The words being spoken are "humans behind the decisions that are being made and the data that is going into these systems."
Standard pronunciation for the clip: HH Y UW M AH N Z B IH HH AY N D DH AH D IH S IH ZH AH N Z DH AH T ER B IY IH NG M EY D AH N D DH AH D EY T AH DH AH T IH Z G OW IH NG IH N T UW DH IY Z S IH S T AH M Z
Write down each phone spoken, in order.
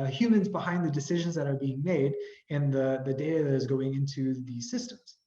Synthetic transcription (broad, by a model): HH Y UW M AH N Z B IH HH AY N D DH AH D IH S IH ZH AH N Z DH AH T ER B IY IH NG M EY D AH N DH DH AH D EY T AH DH AH T IH Z G OW IH NG IH N T UW DH IY Z S IH S T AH M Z